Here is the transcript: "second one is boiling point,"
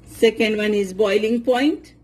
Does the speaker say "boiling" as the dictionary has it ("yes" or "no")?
yes